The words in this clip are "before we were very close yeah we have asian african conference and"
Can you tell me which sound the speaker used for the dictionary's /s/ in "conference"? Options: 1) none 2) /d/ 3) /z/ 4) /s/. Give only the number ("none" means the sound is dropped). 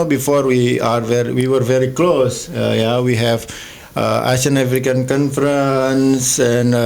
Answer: 4